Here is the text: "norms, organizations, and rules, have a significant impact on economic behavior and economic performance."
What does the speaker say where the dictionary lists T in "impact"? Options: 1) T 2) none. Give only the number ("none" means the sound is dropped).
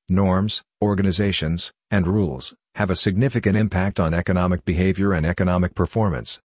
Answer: 1